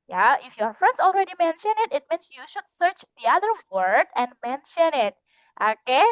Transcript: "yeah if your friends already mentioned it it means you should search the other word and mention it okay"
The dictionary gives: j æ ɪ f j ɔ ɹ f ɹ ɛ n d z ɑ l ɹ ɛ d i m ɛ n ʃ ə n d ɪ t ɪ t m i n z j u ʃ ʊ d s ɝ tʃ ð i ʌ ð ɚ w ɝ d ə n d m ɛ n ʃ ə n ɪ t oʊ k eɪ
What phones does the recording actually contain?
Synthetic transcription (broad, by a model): j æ ɪ f j ɔ ɹ f ɹ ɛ n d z ɑ l ɹ ɛ d i m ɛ n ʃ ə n ɪ t ɪ t m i n s j u ʃ ʊ d s ɝ tʃ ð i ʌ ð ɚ w ɝ d ə n d m ɛ n ʃ ə n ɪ t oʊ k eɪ